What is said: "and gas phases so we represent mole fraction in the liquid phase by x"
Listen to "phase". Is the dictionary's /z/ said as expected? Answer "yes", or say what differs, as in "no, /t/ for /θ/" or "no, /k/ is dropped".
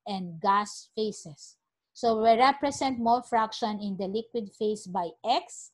no, /s/ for /z/